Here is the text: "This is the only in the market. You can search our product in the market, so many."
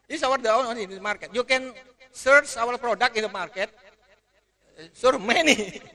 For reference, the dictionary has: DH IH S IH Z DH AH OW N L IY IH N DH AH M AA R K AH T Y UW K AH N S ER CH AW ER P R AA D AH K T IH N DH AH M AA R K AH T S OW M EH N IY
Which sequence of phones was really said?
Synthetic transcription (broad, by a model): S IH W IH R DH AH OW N IY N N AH M AA R K AH T Y UW K AH N S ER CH AW ER P R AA D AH K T IH N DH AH M AA R K AH T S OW M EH N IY